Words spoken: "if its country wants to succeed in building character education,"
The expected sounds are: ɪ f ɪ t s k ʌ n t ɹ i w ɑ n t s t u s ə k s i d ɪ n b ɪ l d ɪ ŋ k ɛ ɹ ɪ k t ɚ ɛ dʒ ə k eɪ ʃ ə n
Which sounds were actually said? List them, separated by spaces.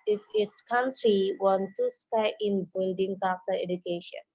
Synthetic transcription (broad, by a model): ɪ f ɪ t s k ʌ n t ɹ i w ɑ n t t u s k ɑ ɪ n b ɪ l d ɪ ŋ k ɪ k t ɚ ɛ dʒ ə k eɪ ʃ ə n